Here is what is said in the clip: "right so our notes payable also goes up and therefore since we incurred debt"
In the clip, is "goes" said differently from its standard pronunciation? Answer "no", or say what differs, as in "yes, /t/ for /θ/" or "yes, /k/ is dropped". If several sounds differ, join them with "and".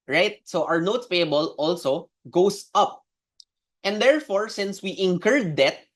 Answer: yes, /s/ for /z/